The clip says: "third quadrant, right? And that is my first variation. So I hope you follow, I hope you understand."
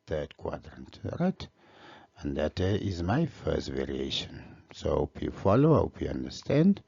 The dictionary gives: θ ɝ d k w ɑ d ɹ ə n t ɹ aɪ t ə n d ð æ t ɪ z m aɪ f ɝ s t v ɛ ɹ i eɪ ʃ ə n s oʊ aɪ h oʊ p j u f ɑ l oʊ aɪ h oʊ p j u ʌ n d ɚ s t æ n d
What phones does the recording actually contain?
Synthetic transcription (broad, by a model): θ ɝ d k w ɑ d ɹ ə n t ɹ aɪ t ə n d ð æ t ɪ z m aɪ f ɝ s t v ɛ ɹ i eɪ ʃ ə n s oʊ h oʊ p j u f ɑ l oʊ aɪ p j u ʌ n d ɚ s t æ n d